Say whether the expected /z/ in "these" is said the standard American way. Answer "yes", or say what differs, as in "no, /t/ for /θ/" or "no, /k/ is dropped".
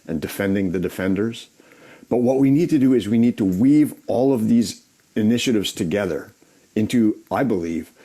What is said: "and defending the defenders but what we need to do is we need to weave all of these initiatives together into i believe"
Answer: yes